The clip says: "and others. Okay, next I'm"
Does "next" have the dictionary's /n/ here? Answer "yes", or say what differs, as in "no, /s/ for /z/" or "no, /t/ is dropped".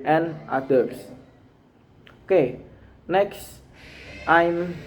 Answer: yes